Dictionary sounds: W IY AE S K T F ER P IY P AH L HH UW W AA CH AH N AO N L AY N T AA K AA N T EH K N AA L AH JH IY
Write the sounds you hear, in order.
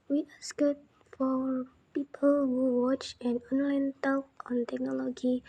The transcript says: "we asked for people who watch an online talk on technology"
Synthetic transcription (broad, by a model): W IY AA S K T F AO P IY P AH L HH UW W AA CH AH N AO N L AY N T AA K AA N T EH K N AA L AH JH IY